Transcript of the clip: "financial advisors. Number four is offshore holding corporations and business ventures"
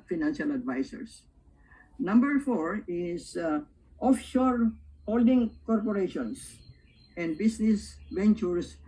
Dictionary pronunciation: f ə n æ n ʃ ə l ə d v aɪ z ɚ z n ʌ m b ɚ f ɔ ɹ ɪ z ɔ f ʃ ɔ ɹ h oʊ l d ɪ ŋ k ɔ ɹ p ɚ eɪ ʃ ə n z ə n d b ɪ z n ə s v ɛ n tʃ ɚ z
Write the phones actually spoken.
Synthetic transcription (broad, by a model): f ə n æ n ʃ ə l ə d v aɪ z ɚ s n ʌ m b ɚ f ɔ ɹ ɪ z ɔ f ʃ ɔ ɹ h oʊ l d ɪ ŋ k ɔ ɹ p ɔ eɪ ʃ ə n s ə n d b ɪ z n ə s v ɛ n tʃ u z